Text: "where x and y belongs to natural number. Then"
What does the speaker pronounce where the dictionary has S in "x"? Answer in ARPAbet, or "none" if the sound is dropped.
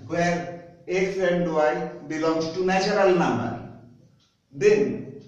none